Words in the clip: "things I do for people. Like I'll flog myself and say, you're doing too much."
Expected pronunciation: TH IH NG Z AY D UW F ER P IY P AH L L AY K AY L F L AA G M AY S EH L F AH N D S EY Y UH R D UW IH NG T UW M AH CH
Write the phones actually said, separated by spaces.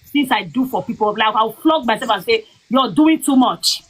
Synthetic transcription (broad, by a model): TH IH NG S AY D UW F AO P IY P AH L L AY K AY W F L AA G M AY S EH L F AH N S EY Y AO D UW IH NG T UW M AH CH